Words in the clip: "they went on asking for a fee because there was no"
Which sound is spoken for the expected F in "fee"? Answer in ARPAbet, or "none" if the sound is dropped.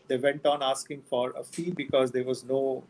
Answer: F